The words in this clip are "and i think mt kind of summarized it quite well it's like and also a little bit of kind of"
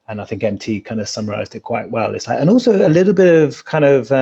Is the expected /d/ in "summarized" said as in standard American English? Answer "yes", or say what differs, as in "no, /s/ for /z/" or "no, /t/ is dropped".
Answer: yes